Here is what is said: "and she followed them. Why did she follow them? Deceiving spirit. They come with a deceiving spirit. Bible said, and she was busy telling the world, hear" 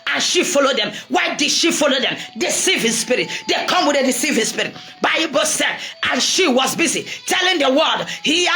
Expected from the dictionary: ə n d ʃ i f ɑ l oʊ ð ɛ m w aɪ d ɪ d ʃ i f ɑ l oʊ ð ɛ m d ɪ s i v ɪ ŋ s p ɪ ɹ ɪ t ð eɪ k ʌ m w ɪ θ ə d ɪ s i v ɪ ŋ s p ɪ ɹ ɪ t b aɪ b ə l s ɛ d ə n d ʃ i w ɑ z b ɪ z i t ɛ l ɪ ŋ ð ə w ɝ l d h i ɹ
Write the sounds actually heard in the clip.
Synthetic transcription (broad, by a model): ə n ʃ i f ɑ l oʊ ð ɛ m w aɪ d ɪ d ʃ i f ɑ l oʊ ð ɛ m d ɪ s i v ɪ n s p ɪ ɹ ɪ t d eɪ k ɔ m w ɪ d ə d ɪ s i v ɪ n s p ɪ ɹ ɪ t b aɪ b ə s ɛ d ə n ʃ i w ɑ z b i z i t ɛ l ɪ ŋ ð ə w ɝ d h i